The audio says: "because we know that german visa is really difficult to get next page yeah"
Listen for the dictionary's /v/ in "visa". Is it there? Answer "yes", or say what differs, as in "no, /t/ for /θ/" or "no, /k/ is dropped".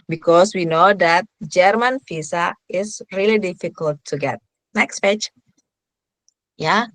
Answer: no, /f/ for /v/